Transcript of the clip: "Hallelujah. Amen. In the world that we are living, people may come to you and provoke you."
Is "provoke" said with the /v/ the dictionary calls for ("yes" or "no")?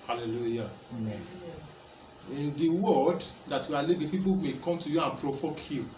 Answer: no